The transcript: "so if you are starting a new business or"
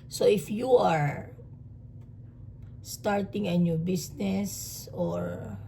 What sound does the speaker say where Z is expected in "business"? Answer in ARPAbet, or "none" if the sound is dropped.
S